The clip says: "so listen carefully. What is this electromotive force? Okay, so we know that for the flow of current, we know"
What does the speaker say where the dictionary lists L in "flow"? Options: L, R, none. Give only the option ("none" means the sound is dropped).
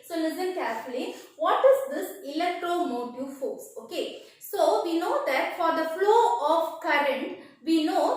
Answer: L